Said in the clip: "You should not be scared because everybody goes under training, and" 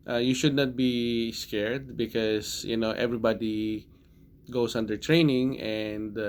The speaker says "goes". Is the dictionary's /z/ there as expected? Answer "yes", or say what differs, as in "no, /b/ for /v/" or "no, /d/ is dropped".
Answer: no, /s/ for /z/